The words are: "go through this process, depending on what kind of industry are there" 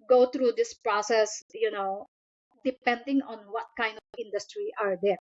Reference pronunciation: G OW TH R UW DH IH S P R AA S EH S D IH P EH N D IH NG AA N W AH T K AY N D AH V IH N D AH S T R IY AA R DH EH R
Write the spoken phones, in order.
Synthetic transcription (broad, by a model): G OW T R UW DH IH S P R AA S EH S D IH P EH N D IH NG AA N W AH T K AY N D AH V IH N D AH S T R IY AA R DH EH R